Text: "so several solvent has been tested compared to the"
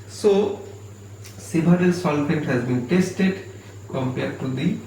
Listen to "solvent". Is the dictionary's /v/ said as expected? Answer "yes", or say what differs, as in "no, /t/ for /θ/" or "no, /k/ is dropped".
no, /f/ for /v/